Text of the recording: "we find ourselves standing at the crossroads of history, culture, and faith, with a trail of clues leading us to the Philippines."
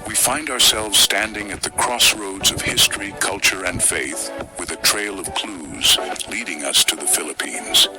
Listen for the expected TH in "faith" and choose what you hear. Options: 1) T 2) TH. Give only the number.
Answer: 2